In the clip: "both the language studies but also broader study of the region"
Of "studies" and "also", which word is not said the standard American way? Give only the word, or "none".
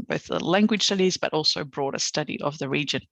none